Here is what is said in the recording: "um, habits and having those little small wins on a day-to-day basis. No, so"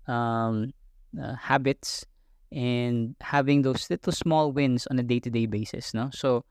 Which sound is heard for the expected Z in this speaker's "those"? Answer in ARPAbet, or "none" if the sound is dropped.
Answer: S